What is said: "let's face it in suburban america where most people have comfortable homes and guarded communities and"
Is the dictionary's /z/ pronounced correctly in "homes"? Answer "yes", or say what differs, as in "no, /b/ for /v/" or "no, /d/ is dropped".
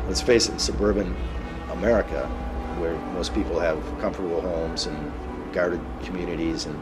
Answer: yes